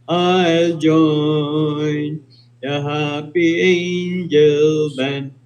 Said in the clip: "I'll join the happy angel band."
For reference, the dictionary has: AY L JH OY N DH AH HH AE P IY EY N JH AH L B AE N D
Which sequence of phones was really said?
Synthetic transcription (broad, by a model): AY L JH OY N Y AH HH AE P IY EY N JH AH L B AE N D